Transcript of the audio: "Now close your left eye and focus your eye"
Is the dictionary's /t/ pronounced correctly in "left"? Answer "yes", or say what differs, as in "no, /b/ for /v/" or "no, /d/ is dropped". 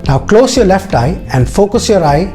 yes